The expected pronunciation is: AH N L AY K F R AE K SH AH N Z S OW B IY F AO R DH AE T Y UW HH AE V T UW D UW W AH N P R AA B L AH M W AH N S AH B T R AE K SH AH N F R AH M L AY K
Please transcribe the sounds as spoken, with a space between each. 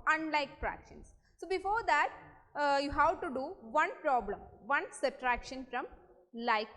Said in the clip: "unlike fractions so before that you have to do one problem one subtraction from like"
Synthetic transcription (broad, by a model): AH N L AY K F R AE K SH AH N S S OW B IY F AO R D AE T Y UW HH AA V T UW D UW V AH N P R AA B L AH M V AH N S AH T R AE K SH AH N F R AH M L AY K